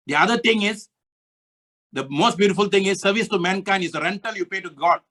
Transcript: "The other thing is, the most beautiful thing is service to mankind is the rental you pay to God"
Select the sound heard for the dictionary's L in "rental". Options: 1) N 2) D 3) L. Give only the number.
3